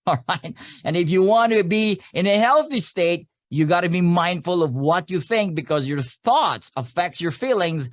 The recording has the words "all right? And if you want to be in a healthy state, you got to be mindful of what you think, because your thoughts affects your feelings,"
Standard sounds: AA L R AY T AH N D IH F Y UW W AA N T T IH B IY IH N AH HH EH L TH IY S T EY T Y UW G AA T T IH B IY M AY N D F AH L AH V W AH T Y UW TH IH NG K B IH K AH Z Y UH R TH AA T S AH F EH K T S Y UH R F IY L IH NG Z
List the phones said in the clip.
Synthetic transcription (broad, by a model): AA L R AY T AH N IH F Y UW W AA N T T IH B IY IH N AH HH EH L TH IY S T EY T Y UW G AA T T IH B IY M AY N D F AH L AH V W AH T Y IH TH IH NG K B IH K AH Z Y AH R TH AA T S AH F EH K T S Y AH R F IY L IH NG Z